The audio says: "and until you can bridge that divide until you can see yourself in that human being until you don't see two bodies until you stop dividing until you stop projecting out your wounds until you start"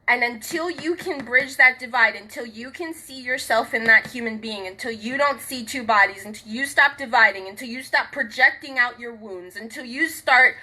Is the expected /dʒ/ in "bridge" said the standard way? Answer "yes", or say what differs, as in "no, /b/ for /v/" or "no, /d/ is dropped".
yes